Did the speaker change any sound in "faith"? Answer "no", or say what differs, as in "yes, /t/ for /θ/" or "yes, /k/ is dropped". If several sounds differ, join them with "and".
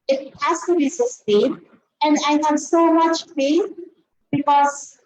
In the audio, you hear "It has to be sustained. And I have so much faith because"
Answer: yes, /s/ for /θ/